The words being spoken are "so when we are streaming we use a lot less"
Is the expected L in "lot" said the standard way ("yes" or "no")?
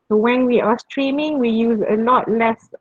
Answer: yes